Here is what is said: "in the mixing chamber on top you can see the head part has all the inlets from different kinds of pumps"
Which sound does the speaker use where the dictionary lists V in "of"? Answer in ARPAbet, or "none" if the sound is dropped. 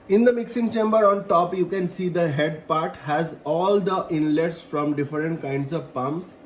V